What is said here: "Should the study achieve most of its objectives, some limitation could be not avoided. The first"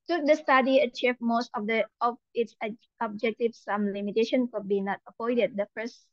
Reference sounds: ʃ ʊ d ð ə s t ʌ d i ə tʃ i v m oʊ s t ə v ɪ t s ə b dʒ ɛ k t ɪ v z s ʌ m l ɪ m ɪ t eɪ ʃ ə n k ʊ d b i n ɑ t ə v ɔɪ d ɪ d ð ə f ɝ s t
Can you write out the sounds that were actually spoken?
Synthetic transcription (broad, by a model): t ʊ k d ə s t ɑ d i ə tʃ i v m oʊ s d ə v ɪ t s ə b dʒ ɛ k t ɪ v s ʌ m l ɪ m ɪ t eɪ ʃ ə n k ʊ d b i n ɑ t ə p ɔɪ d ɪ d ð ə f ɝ s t